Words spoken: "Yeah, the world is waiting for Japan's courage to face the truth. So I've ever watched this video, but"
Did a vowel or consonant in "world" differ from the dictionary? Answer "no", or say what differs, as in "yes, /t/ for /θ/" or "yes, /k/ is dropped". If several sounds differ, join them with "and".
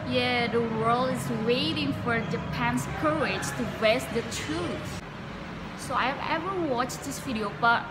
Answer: yes, /d/ is dropped